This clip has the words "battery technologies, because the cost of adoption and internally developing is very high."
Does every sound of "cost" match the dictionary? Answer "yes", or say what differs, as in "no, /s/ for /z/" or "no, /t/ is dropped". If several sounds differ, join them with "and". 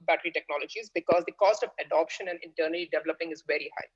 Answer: yes